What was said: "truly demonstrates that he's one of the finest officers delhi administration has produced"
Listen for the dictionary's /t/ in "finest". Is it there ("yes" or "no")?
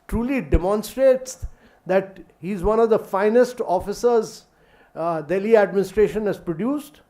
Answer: yes